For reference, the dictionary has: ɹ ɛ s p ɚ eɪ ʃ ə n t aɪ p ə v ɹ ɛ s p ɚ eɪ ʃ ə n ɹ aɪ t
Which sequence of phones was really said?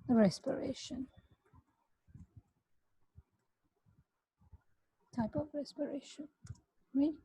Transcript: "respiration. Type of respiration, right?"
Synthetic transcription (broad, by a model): ɹ ɛ s p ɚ eɪ ʃ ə n t aɪ p ə v ɹ ɛ s p ɚ eɪ ʃ ə n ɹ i